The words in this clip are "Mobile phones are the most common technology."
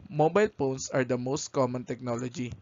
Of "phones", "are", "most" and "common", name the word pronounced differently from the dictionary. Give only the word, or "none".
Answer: phones